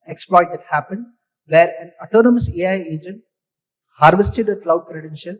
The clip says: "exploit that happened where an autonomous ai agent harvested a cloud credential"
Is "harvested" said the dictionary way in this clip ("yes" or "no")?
yes